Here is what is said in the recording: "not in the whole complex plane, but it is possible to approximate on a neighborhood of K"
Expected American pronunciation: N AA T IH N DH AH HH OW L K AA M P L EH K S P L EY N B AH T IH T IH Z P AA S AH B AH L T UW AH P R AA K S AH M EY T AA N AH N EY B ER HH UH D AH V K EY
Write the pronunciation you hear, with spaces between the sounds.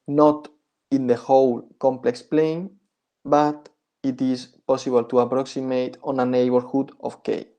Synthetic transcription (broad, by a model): N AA T IH N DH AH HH OW L K AA M P L EH K S P L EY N B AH T IH T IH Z P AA S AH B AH L T UW AH P R AA K S AH M EY T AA N AH N EY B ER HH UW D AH F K EY